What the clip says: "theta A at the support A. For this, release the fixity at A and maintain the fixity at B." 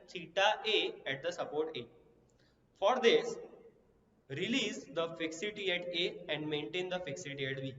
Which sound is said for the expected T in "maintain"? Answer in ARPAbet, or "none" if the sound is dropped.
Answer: T